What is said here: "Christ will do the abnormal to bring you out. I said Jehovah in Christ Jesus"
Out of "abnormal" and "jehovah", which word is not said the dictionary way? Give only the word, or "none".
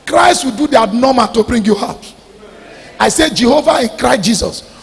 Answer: abnormal